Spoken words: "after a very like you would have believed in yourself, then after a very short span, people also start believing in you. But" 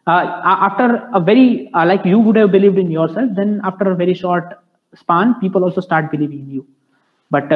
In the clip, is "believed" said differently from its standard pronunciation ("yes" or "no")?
no